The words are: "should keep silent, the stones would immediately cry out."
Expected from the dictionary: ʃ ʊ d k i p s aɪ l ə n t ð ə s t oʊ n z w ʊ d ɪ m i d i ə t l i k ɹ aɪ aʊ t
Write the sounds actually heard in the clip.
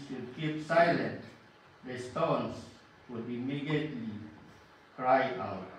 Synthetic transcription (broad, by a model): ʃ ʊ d k i p s aɪ l ə n t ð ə s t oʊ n s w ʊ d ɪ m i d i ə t l i k ɹ aɪ aʊ t